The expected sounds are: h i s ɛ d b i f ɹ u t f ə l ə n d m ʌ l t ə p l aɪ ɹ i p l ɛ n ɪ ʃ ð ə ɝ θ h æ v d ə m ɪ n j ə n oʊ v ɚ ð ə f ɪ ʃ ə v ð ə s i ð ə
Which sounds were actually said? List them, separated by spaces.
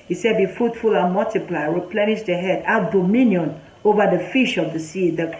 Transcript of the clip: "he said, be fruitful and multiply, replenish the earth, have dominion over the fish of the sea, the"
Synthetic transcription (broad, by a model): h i s ɛ d b i f u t f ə l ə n m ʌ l t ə p l aɪ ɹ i p l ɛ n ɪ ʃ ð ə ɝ h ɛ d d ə m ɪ n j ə n oʊ v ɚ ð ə f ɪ ʃ ə v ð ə s i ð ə